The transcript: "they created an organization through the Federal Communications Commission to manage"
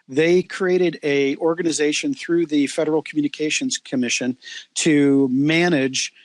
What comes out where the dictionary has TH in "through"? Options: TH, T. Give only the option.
TH